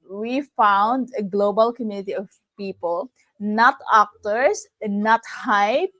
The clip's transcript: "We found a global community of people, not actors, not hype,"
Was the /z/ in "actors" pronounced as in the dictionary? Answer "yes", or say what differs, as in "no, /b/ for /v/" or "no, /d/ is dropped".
no, /s/ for /z/